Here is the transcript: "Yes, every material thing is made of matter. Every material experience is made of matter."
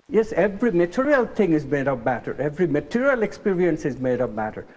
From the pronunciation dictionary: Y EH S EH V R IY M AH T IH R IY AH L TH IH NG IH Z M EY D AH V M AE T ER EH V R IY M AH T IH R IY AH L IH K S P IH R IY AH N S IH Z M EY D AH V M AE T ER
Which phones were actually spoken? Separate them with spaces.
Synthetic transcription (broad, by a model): Y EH S EH V R IY M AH T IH R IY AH L T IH NG IH Z M EY D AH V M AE T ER EH V R IY M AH T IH R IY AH L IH K S P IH R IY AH N S IH Z M EY D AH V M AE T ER